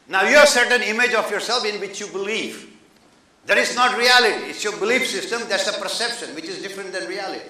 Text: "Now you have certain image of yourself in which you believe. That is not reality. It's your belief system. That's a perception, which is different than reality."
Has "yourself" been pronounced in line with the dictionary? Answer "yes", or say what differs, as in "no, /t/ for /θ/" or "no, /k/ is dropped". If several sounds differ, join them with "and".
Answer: yes